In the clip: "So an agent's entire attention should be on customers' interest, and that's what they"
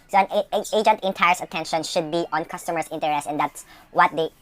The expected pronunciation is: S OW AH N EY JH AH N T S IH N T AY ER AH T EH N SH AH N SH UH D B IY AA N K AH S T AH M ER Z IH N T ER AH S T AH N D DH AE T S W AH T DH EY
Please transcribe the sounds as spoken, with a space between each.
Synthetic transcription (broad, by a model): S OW AH N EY JH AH N T IH N T AY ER AH T EH N SH AH N SH UH D B IY AA N K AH S T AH M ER S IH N T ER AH S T AH N D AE T S W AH T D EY